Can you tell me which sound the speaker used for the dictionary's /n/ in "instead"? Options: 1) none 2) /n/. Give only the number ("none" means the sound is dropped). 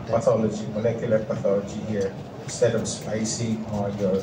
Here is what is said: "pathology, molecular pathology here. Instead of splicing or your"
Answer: 1